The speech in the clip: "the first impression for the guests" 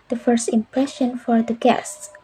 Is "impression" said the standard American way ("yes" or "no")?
yes